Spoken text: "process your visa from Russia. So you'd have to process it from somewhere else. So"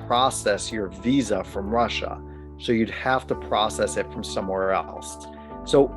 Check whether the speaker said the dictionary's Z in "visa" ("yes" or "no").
yes